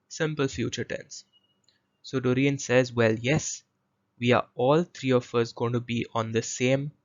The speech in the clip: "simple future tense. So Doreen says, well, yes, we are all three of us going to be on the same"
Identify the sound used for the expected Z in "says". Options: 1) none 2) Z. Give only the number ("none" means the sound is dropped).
2